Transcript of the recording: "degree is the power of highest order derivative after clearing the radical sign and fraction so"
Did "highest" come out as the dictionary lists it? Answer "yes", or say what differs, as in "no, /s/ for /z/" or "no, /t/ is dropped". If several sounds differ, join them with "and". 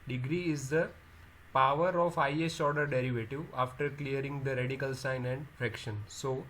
no, /t/ is dropped